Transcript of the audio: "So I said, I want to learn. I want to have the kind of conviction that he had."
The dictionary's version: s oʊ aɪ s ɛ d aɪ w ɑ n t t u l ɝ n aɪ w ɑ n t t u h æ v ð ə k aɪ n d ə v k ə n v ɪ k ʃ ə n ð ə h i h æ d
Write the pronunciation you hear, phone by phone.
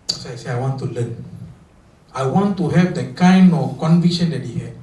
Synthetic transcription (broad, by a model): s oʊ aɪ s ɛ aɪ w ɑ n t t u l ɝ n aɪ w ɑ n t t u h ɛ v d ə k aɪ n d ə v k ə n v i k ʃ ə n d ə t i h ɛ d